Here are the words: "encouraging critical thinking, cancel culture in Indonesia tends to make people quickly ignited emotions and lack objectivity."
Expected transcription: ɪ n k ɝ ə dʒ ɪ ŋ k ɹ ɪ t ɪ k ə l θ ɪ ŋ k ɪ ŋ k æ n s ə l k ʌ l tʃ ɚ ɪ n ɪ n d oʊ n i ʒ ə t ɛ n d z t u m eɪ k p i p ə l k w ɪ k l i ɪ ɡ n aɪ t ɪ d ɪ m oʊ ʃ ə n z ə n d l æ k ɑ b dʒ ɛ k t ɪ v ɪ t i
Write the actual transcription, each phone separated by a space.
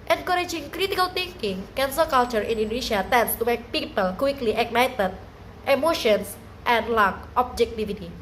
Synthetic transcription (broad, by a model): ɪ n k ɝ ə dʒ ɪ ŋ k ɹ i t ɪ k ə l t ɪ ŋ k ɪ ŋ k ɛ n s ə k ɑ l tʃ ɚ ɪ n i n d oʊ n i ʃ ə t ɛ n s t u m eɪ k p i p ə l k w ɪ k l i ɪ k n aɪ t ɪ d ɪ m oʊ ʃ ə n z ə n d l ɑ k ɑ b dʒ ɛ k t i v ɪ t i